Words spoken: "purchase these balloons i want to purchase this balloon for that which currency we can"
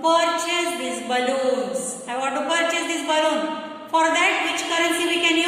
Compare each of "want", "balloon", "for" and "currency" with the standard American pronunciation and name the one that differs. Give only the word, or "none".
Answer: want